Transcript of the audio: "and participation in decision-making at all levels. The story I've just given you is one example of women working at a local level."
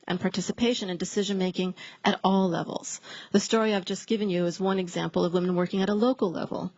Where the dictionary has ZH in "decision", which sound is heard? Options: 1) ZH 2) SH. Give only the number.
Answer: 1